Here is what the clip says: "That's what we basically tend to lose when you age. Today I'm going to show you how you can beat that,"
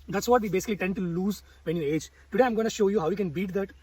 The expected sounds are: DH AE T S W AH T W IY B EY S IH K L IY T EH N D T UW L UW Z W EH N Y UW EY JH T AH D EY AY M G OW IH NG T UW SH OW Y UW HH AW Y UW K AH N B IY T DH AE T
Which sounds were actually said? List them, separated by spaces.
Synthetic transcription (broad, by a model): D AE T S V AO T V IY B EY S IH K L IY T EH N D T UW L UW Z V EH N Y UW EY JH T AH D EY AY M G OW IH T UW SH OW Y UW HH AW Y UW K AH N B IY T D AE T